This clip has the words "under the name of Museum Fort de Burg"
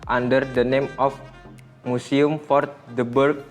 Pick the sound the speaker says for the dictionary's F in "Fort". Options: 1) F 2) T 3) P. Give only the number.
1